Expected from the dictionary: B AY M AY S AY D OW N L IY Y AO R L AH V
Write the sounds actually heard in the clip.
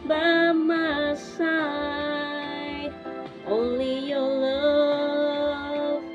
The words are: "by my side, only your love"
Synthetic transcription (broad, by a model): B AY M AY S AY OW N L IY Y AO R L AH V